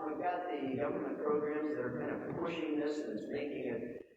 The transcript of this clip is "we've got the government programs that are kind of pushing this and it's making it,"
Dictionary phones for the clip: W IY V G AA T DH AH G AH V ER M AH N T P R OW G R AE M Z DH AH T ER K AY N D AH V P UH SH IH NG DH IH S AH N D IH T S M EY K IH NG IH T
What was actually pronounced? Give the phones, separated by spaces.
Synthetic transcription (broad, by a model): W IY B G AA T DH AH G AH V ER M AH N P R OW G R AE M Z DH AH T ER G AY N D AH P UH SH IH NG DH IH S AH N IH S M EY K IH NG IH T